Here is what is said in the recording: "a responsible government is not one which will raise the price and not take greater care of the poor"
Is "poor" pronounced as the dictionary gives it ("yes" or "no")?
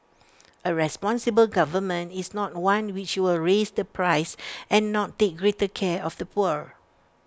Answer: yes